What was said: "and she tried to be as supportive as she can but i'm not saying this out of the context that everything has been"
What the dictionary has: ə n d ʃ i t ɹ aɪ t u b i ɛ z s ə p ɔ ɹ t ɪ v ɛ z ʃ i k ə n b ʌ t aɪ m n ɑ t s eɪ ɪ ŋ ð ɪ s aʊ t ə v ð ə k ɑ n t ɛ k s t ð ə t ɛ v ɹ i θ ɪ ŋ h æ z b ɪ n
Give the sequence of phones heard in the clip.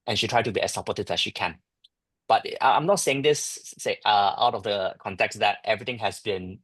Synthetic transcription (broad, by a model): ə n ʃ i t ɹ aɪ t u b i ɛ s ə p ɔ t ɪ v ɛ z ʃ i k ə n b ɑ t aɪ m n ɑ t s eɪ ɪ ŋ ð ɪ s aʊ t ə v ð ə k ɑ n t ɛ k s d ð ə t ɛ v ɹ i t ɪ ŋ h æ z b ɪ n